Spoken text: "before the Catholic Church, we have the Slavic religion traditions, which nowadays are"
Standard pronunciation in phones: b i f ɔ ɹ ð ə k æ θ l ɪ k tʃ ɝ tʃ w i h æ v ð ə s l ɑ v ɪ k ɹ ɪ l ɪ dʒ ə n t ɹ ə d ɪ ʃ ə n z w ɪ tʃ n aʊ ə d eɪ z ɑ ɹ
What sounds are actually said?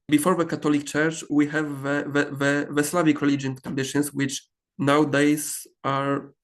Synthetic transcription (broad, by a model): b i f ɔ ɹ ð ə k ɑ t l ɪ k tʃ ɝ tʃ w i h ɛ v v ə s l ɑ v ɪ k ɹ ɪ l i dʒ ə n t ɹ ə d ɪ ʃ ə n s w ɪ tʃ n aʊ d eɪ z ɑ ɹ